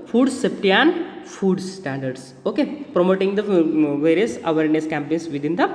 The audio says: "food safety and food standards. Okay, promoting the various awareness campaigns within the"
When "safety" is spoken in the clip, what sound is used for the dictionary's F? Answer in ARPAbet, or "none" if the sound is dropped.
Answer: P